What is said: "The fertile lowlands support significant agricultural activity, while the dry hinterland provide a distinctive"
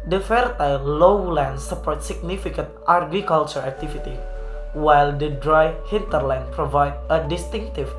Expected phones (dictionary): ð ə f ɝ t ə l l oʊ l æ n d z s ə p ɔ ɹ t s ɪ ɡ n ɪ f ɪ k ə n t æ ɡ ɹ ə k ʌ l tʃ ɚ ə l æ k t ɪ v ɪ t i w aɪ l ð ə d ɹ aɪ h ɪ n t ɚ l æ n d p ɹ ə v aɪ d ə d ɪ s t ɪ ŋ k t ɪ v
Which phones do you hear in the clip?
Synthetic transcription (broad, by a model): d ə f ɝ t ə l l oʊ l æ n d s ə p ɔ ɹ t s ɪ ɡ n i f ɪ k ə n t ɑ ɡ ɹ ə k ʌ l tʃ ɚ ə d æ k t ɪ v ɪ t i w aɪ l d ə d ɹ aɪ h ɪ n t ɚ l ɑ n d p ɹ ə v aɪ d ə d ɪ s t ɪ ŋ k t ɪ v